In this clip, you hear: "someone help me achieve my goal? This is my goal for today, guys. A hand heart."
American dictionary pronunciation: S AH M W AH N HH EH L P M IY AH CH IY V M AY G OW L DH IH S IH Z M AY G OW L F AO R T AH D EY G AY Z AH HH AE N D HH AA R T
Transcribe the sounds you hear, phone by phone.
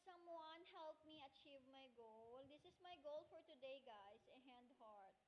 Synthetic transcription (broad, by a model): S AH M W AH N HH EH L P M IY AH CH IY V M AY G OW L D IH S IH S M AY G OW L F AO R T AH D EY G AY S AH HH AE N D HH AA R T